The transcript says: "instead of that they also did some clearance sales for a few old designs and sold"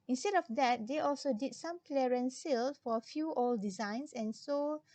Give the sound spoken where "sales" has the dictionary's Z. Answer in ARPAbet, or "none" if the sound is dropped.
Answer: none